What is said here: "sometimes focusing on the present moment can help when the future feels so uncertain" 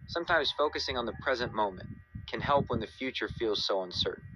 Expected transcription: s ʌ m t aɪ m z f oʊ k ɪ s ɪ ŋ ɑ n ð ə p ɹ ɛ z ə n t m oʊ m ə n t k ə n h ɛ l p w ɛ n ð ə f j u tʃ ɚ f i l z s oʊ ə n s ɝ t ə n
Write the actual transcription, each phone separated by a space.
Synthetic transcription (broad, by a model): s ʌ m t aɪ m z f oʊ k ɪ s ɪ ŋ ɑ n ð ə p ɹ ɛ z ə n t m oʊ m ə n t k ə n h ɛ l p w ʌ n ð ə f j u tʃ ɚ f i l z s oʊ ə n s ɝ t n